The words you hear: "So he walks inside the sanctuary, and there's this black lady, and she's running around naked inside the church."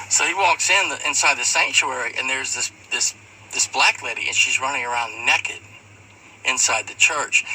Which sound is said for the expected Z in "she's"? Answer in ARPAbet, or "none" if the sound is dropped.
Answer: Z